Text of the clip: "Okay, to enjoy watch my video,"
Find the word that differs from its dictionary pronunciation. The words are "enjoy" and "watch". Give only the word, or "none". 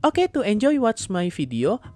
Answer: watch